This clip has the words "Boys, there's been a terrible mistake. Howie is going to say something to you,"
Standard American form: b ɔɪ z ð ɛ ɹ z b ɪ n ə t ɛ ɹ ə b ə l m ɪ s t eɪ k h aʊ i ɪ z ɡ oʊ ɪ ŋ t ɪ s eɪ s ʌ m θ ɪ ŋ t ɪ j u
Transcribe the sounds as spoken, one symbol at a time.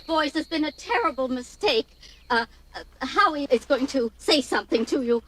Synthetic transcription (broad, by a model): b ɔɪ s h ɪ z b ɪ n ə t ɛ ɹ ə b l m ɪ s t eɪ k h aʊ i ɪ z ɡ oʊ ɪ ŋ t ɪ s eɪ s ʌ m θ ɪ ŋ t ɪ j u